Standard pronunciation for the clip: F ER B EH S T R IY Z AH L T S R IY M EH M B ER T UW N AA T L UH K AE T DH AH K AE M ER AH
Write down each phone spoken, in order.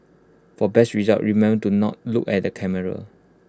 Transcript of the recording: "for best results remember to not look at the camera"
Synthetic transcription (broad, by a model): F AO B EH S T R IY Z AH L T R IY M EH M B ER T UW N AA T L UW K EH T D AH K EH M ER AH